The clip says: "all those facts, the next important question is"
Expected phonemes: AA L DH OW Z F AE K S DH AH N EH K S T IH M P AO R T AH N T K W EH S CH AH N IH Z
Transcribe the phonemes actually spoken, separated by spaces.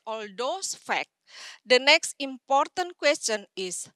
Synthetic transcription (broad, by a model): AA L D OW S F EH K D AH N EH K S T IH M P AO R T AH N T K W EH S CH AH N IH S